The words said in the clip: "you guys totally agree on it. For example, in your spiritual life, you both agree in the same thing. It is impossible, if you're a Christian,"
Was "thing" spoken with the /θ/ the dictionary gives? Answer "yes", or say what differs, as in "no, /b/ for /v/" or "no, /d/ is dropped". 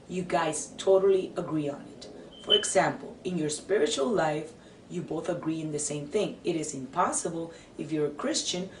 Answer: yes